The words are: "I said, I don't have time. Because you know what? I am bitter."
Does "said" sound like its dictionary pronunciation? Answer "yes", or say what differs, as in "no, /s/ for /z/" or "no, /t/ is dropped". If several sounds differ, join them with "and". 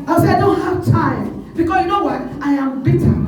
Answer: no, /d/ is dropped